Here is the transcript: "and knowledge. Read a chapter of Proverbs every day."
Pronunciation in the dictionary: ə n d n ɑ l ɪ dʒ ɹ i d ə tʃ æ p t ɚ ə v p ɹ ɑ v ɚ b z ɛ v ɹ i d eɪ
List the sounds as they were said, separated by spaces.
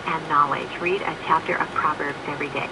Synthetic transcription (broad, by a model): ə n n ɑ l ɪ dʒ ɹ i d ə tʃ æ p t ɚ ə v p ɹ ɑ v ɚ b z ɛ v ɹ i d eɪ